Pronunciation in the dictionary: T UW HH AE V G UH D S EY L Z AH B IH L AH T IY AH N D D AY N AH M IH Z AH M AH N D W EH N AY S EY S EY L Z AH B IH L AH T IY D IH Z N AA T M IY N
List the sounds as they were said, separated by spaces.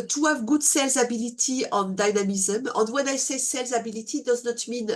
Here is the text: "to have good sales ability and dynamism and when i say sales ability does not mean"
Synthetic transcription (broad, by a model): T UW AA V G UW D S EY L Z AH B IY L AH T IY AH N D D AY N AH M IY Z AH M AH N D W EH N AY S EY S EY L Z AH B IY L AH T IY D IH Z N AA T M IY N